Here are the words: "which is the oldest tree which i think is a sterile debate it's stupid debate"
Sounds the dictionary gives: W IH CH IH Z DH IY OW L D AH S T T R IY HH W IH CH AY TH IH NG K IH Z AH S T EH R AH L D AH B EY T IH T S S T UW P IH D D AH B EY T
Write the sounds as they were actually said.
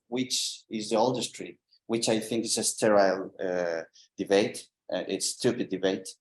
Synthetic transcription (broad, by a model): W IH CH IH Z DH IY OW L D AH S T T R IY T W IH CH AY TH IH NG K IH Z AH S T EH R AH L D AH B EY T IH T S S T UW P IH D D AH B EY T